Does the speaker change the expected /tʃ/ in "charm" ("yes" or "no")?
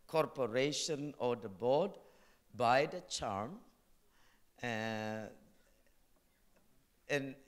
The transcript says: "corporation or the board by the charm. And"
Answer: no